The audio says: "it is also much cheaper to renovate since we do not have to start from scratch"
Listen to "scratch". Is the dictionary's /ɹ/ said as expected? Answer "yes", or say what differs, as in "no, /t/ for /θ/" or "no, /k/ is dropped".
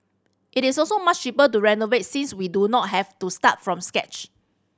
no, /ɹ/ is dropped